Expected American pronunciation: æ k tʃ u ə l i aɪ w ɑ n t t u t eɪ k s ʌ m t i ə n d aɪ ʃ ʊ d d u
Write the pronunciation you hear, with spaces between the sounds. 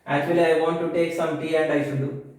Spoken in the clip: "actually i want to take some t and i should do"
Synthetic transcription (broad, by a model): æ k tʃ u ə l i aɪ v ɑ n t t u t eɪ k s ʌ m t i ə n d aɪ s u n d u